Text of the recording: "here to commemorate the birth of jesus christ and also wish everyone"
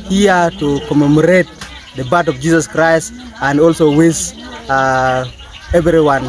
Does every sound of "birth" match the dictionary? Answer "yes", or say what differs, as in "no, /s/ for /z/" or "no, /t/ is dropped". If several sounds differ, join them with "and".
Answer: no, /t/ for /θ/